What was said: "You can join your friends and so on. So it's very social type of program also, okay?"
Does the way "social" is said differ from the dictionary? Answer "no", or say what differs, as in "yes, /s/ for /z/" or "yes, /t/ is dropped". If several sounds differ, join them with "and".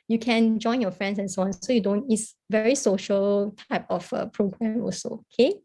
no